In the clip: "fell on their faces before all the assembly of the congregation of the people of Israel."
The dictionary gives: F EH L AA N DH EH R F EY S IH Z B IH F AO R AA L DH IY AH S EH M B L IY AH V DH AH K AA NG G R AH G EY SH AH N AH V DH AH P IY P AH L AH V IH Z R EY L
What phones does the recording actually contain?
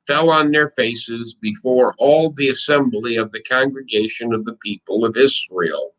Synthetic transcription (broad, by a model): F EH L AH N DH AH R F EY S IH Z B IH F AO R AA L DH IY AH S EH M B L IY AH V DH AH K AA NG G R AH G EY SH AH N AH V DH AH P IY P AH L AH V IH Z R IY L